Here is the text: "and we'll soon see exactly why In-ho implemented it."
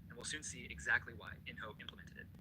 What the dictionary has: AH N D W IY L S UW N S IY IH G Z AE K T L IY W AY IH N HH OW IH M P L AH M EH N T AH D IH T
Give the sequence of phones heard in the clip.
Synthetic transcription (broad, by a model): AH N W IY L S UW N S IY IH G Z AE K T L IY W AY IH N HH OW IH M P L AH M EH N T AH D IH T